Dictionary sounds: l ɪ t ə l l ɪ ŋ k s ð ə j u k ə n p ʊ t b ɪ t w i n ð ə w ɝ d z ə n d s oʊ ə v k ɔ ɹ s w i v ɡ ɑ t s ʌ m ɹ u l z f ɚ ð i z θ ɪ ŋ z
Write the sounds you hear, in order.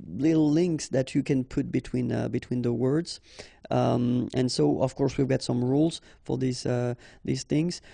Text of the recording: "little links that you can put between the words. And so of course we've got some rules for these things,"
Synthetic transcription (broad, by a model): l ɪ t l l ɪ ŋ k s ð ə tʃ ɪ k ə n p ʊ t b ɪ t w i n ð ə w ɝ d z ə n s oʊ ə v k ɔ ɹ s w i v ɡ ɑ t s ʌ m ɹ u l z f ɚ ð i z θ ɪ ŋ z